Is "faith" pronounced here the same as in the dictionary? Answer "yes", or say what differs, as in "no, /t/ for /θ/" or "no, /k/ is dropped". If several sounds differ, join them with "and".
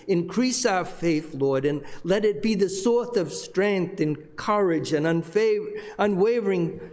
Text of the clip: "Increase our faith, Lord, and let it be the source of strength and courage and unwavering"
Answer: yes